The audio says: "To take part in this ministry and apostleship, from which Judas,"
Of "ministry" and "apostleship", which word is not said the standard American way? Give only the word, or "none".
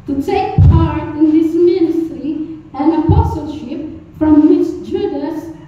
none